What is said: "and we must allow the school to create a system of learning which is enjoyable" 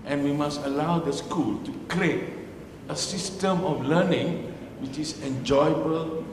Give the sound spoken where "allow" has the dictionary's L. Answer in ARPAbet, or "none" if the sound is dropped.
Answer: L